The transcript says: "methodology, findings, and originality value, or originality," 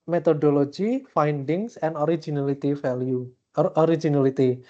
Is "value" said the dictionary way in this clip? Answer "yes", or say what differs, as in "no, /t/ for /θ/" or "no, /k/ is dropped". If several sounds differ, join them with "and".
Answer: no, /f/ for /v/